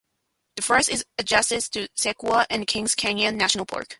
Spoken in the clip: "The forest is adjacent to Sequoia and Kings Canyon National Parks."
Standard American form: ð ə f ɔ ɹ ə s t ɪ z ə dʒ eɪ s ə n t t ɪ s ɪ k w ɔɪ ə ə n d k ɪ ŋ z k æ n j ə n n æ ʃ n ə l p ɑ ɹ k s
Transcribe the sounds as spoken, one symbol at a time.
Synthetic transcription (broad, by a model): ð ə f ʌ ɹ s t ɪ z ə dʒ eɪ s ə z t t ɪ s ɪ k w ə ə n k ɪ ŋ z k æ n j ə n n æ ʃ n l p ɑ ɹ k